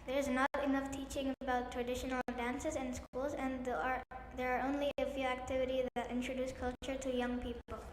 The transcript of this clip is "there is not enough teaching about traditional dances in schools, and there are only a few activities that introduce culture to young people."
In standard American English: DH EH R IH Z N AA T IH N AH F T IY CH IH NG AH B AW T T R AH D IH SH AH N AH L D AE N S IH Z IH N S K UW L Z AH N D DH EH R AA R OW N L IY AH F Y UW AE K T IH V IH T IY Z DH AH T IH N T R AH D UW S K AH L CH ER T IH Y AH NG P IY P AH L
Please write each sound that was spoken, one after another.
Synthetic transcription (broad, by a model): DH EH R IH Z N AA T IH N AH F T IY CH IH NG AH B AW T T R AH D IH SH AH N L D AE N S IH Z IH N S K UW L Z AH N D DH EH R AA R OW N L IY AH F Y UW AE K T IH V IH T IY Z DH AH T IH N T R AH D UW S K AH L CH ER T IH Y AH NG P IY P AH L